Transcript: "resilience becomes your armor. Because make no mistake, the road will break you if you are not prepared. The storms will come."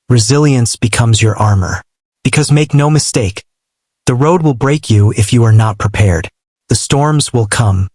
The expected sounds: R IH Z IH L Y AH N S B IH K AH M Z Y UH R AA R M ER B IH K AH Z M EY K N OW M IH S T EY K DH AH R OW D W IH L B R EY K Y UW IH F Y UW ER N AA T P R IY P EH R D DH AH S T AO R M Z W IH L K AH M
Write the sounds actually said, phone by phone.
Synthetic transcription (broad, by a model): R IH Z IH L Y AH N S B IH K AH M Z Y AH R AA R M ER B IH K AH Z M EY K N OW M IH S T EY K DH AH R OW D W IH L B R EY K Y UW IH F Y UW ER N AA T P R IY P EH R D DH AH S T AO R M Z W IH L K AH M